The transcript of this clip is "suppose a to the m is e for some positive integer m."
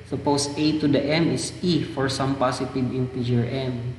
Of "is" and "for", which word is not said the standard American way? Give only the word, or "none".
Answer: is